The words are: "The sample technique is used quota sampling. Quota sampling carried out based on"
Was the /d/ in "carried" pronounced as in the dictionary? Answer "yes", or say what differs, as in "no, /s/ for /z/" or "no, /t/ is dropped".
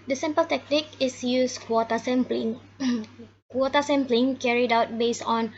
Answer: yes